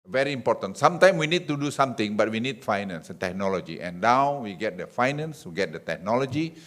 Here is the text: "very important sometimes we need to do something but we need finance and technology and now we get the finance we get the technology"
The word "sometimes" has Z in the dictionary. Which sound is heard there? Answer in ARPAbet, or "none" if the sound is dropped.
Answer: none